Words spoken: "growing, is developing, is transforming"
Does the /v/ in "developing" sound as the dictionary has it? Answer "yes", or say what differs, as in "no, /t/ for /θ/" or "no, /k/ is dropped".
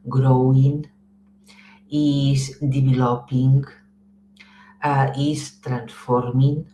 no, /b/ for /v/